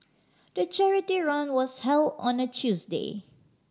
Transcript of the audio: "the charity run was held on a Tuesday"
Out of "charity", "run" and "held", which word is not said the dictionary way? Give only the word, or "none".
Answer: none